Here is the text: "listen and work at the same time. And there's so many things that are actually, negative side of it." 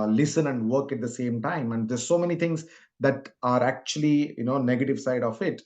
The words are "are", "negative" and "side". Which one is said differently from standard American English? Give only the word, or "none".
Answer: none